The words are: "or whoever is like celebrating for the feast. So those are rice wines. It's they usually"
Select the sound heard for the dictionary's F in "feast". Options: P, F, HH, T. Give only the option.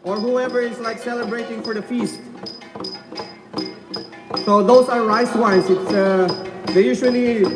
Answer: F